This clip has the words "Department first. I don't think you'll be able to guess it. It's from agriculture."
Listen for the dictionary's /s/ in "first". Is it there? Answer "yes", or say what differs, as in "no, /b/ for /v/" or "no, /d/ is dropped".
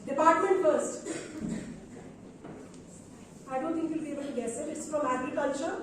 yes